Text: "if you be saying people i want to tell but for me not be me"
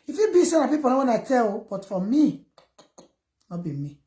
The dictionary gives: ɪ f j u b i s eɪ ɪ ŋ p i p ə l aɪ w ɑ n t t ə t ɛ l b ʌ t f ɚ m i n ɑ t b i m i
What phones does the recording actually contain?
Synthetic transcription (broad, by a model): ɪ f j u b i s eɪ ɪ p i p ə n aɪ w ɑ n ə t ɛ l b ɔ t f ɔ m i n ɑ b i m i